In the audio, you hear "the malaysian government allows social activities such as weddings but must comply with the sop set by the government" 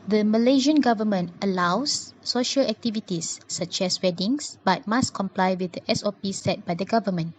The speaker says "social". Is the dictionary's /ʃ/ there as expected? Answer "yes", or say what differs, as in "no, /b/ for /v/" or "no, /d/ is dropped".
yes